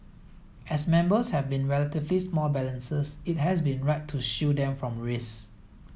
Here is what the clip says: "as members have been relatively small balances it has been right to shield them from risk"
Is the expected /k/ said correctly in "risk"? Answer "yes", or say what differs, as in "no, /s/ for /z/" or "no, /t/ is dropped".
no, /k/ is dropped